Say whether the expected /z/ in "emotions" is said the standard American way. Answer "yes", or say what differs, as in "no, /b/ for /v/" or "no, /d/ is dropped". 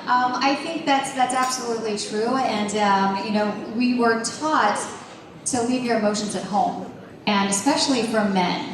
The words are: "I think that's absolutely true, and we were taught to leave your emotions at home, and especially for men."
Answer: yes